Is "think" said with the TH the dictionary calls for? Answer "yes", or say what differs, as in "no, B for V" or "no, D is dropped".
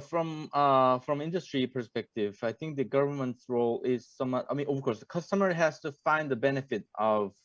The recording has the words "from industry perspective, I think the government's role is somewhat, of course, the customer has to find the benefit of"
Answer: yes